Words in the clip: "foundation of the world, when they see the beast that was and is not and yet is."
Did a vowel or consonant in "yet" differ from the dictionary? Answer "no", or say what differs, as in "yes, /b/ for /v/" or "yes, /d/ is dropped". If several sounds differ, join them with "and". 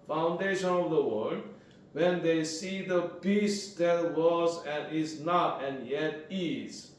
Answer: no